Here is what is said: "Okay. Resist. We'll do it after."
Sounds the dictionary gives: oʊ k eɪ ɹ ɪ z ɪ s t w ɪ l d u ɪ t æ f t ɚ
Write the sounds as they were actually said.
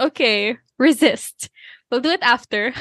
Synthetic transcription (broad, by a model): oʊ k eɪ ɹ ɪ z ɪ s t w ɪ l d u ɪ t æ f t ɚ